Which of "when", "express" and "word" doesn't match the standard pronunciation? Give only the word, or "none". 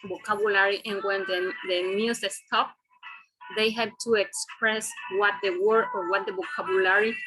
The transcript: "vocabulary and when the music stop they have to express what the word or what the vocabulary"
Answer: word